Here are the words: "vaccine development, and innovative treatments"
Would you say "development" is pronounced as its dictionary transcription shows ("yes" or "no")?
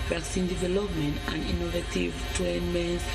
yes